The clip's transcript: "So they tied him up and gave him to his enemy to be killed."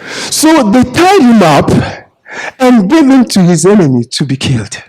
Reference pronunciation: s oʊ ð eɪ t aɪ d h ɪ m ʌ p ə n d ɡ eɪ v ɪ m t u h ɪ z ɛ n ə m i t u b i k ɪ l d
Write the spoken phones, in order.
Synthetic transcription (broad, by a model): s oʊ ð eɪ t aɪ d h ɪ m ʌ p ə n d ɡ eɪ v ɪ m t u h ɪ z ɛ n ə m i t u b i k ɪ l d